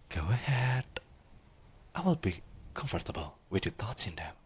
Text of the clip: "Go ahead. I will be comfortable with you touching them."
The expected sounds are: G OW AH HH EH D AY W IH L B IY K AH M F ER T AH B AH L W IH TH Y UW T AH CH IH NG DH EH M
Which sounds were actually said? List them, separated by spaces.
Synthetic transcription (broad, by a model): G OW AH HH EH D AY W IH L B IY K AH M F ER T AH B AH L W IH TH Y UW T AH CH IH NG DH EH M